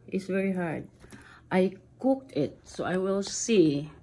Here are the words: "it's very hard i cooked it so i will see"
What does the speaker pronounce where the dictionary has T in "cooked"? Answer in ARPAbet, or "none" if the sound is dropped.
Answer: T